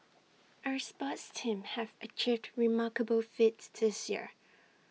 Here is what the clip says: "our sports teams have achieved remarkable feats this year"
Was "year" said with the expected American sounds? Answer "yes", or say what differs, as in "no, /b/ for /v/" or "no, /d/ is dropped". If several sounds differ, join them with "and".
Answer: yes